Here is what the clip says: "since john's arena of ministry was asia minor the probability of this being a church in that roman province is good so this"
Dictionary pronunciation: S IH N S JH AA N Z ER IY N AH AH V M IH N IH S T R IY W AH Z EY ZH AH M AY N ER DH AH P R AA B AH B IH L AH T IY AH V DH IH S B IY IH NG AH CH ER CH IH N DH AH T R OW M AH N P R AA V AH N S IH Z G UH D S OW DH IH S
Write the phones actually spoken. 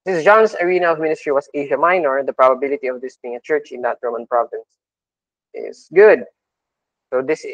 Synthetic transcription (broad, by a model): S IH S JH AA N S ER IY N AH AH V M IH N IH S T R IY W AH S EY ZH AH M AY N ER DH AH P R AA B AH B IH L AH T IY AH V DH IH S B IY IH NG AH CH ER CH IH N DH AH T R OW M AH N P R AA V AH N S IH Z G UH D S OW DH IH S